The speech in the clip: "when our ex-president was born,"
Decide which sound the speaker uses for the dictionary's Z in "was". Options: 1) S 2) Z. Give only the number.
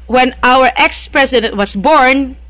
1